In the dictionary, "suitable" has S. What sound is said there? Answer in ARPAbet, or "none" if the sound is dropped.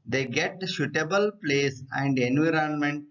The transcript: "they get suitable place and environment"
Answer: SH